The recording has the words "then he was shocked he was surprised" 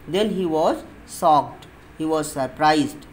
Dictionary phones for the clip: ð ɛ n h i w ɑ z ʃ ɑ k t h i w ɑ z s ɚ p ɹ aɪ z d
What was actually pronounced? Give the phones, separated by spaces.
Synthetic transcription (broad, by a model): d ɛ n h i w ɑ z s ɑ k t h i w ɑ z s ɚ p ɹ aɪ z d